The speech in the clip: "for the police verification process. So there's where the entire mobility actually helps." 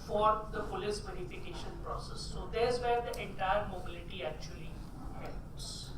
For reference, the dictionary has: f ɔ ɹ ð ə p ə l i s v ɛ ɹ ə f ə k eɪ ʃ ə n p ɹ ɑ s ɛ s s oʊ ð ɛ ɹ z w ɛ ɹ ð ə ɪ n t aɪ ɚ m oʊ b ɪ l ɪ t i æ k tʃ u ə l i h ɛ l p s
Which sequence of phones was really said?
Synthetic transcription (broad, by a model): f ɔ ɹ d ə f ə l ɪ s v ɛ ɹ ə f ə k eɪ ʃ ə n p ɹ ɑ s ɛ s s oʊ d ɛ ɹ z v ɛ ɹ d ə ɪ n t aɪ ɚ m oʊ b ɪ l ɪ t i æ k tʃ u ə l i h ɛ l p s